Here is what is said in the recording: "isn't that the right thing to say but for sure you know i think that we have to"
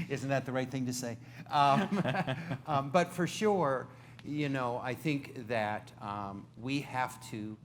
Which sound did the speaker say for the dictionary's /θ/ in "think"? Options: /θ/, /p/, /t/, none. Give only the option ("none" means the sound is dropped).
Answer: /θ/